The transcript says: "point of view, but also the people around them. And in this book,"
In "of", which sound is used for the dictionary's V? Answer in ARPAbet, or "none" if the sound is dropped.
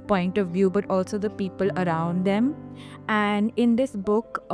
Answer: V